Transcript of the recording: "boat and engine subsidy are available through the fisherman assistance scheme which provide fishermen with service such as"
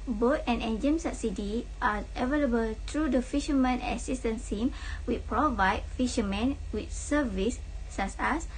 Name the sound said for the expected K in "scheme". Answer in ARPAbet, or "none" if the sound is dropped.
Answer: none